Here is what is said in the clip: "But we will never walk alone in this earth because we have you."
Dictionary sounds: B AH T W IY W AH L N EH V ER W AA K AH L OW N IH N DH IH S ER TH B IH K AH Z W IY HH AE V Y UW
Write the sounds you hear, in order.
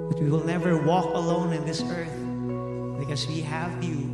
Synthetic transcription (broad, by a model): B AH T W IY W AH L N EH V ER W AA K AH L OW N IH N DH IH S ER TH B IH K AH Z W IY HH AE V Y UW